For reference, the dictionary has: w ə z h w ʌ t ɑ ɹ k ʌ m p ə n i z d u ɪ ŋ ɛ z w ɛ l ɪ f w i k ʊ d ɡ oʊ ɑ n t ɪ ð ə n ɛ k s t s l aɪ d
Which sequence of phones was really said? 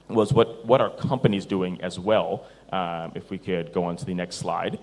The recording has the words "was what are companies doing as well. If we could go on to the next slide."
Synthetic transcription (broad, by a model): w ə z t w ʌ t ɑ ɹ k ʌ m p ə n i z d u ɪ ŋ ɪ z w ɛ l ɪ f w i k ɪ d ɡ oʊ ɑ n t ɪ ð ə n ɛ k s t s l aɪ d